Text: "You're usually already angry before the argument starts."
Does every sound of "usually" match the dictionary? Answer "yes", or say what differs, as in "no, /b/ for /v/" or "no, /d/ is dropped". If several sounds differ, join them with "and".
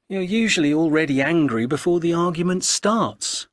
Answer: yes